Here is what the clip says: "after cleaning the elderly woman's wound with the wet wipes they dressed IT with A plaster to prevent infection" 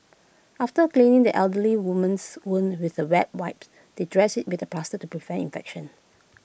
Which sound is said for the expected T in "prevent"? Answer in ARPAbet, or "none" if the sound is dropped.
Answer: none